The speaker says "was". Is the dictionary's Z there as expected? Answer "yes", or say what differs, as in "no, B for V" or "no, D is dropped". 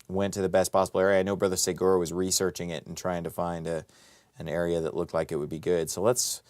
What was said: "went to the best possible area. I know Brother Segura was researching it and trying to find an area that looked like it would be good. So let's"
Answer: yes